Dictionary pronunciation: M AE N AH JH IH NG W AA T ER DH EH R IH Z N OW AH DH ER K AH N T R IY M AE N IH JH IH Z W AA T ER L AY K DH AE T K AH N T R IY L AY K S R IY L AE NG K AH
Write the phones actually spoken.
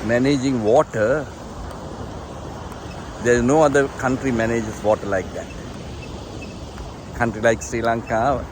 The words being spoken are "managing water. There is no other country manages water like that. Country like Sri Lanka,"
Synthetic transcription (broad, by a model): M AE N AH JH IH NG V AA T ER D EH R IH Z N OW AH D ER K AH N T R IY M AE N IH JH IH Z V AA T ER L AY K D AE T K AH N T R IY L AY K S R IY L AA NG K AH